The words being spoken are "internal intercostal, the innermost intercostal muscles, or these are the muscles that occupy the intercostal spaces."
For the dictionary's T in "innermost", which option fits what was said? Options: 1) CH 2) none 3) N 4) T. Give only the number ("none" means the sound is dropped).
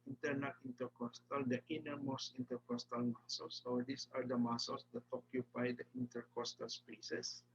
2